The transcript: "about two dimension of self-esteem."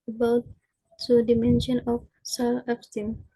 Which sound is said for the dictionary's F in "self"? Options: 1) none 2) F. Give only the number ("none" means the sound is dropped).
1